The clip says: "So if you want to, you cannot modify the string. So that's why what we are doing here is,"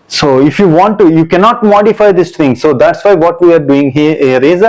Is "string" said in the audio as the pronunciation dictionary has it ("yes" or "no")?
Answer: no